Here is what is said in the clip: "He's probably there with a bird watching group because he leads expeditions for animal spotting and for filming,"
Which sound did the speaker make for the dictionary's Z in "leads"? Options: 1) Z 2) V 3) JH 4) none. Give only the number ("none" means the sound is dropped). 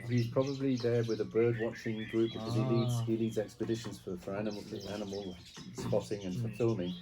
1